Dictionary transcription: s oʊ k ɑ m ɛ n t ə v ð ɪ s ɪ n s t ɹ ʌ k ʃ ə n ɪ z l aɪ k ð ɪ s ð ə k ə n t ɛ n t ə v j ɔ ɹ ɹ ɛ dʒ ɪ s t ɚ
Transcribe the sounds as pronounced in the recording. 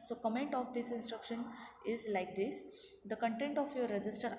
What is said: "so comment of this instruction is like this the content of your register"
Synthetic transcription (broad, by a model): s oʊ k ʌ m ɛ n t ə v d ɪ s ɪ n s t ɹ ʌ k ʃ ə n ɪ z l aɪ k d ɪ s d ə k ə n t ɛ n t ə f j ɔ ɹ ɹ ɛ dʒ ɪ s t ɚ